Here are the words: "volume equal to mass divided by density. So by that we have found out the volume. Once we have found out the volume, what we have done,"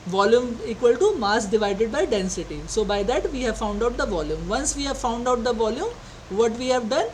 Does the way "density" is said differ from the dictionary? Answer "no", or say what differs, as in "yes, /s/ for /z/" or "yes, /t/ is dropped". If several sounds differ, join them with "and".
no